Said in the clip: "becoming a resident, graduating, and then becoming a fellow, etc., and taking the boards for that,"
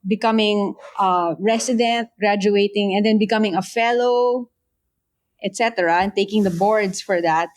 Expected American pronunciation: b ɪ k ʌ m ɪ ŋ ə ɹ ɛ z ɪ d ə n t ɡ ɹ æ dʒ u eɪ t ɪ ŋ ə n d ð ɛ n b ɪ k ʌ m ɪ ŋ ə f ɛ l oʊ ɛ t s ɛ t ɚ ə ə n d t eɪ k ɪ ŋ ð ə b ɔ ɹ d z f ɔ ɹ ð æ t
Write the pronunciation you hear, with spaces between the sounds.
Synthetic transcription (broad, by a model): b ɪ k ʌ m ɪ ŋ ə ɹ ɛ s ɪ d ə n t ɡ ɹ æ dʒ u eɪ t ɪ ŋ ə n d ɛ n b ɪ k ʌ m ɪ ŋ ə f ɛ l oʊ ɛ t s ɛ t ɚ ə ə n t eɪ k ɪ ŋ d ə b ɔ ɹ d s f ɔ ɹ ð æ t